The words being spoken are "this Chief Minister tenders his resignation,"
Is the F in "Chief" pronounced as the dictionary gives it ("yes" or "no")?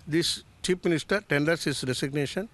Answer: no